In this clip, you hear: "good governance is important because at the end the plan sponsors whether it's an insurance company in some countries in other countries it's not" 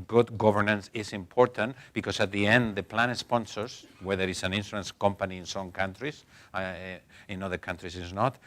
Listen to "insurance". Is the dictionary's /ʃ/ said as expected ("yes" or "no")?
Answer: no